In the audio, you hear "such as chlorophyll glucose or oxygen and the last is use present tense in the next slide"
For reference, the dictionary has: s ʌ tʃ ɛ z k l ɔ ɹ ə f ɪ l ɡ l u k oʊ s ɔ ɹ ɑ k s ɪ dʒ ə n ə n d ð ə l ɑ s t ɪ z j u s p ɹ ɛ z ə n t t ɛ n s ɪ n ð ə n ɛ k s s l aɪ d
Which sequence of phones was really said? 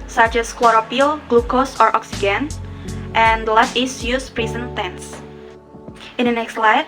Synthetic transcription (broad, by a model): s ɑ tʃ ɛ s k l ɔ ɹ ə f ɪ l ɡ l u k oʊ s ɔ ɹ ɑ k s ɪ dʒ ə n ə n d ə l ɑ t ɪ s j u s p ɹ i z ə n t t ɛ n s ɪ n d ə n ɛ k s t l aɪ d